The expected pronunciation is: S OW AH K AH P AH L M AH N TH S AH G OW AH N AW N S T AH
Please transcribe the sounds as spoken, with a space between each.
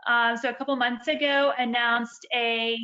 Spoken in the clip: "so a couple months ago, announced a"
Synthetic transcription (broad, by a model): S OW AH K AH P L M AH N TH S AH G OW AH N AW N S T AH